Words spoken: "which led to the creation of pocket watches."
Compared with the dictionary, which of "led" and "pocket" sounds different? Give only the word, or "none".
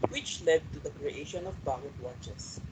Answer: pocket